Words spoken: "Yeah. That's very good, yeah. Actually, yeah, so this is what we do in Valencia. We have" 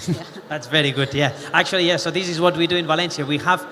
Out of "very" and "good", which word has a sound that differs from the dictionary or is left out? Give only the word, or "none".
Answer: none